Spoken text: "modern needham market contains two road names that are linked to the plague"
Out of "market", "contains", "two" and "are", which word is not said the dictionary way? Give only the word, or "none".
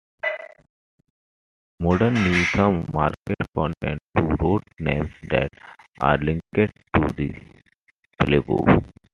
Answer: contains